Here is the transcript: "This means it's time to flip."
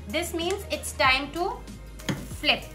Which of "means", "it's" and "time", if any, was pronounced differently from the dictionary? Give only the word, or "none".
none